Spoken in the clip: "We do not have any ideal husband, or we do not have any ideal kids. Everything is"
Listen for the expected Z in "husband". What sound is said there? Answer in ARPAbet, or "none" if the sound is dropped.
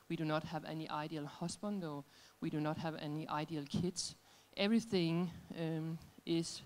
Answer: S